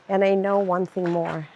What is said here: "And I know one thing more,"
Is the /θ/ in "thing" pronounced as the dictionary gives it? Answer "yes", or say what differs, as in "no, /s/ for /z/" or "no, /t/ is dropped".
yes